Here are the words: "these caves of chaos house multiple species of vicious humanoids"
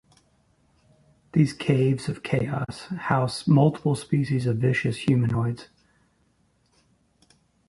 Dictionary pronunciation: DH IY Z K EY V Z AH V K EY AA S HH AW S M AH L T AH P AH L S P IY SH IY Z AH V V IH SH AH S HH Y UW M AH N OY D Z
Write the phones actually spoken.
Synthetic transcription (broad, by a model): DH IY Z K EY V Z AH V K EY AA S HH AW S M AH L T AH P AH L S P IY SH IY Z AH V V IH SH AH S HH Y UW M AH N OY D Z